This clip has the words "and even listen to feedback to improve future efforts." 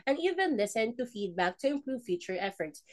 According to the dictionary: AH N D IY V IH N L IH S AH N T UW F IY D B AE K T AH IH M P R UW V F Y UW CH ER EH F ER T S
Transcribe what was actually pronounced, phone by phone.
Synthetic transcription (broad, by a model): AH N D IY V IH N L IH S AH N T UW F IY D B AE K T AH IH M P R UW V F Y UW CH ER EH F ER T S